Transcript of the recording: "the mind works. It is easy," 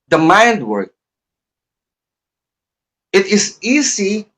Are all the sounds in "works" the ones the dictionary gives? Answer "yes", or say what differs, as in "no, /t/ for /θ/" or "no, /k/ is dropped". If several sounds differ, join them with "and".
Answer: no, /s/ is dropped